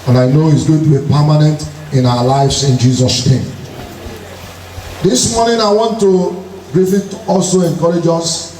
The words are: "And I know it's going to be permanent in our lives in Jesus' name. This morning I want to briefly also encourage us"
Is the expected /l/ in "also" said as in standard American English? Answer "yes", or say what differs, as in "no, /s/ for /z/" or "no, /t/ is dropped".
yes